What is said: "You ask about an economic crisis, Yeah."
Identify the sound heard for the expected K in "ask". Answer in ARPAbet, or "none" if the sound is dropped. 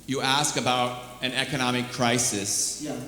K